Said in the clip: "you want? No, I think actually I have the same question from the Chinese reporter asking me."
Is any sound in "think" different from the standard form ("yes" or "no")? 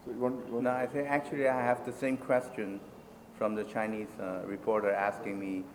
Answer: yes